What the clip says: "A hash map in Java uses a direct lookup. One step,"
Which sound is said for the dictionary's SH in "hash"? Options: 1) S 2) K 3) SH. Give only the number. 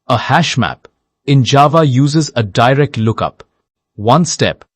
3